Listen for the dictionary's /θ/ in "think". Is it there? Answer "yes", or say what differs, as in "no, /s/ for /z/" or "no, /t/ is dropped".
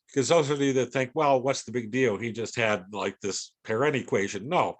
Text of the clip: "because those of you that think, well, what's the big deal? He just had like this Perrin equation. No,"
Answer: yes